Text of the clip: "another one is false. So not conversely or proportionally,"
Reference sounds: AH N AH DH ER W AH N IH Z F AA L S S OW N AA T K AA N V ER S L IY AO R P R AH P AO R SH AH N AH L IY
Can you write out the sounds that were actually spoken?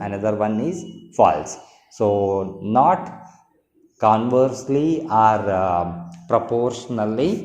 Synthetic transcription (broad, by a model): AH N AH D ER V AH N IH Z F AA L S S OW N AA T K AA N V ER S L IY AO R P R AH P AO R SH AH N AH L IY